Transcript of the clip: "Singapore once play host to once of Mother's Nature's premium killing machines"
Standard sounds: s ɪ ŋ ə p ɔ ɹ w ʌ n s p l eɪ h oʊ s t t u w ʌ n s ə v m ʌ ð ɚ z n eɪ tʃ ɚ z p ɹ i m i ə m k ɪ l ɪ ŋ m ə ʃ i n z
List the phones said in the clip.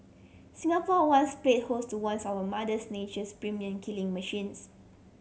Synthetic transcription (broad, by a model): s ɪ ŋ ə p ɔ w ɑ n s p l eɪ h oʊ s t t u w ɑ n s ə w m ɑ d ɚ s n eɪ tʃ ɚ s p ɹ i m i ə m k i l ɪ ŋ m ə ʃ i n s